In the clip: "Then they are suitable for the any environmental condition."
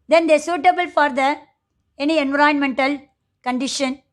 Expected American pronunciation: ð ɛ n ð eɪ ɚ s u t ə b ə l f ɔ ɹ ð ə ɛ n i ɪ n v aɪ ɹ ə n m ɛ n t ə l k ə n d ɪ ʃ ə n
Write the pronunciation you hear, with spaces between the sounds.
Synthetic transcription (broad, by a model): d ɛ n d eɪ s u t ə b ə l f ɔ ɹ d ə ɛ n i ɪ n v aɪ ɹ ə n m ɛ n t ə l k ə n d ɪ ʃ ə n